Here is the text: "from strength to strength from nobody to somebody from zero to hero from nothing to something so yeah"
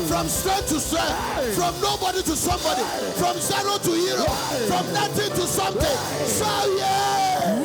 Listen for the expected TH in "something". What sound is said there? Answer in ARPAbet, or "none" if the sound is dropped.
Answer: T